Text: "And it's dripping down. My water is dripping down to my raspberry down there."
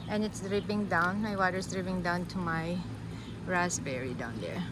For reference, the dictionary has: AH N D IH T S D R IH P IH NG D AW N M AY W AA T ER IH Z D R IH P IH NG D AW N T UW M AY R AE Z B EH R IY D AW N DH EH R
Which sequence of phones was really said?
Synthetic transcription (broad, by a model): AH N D IH T S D R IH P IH NG D AW N M AY W AA T ER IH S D R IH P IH NG D AW N T UW M AY R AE S B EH R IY D AW N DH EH R